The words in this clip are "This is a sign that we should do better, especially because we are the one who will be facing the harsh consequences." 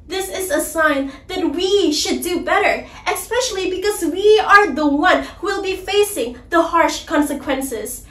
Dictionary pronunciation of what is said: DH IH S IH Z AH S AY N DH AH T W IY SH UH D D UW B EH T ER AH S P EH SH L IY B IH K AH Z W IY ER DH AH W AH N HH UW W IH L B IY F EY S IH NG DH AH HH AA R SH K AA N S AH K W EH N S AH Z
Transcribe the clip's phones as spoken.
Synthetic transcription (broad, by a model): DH IH S IH Z AH S AY N DH AH T W IY SH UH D D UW B EH T ER AH S P EH SH L IY B IH K AH Z W IY ER DH AH W AH N HH UW W IH L B IY F EY S IH NG DH AH HH AA R SH K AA N S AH K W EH N S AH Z